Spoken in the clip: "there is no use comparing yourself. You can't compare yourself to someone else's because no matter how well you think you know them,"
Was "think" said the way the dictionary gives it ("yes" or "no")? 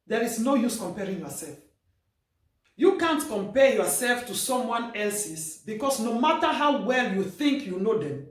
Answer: yes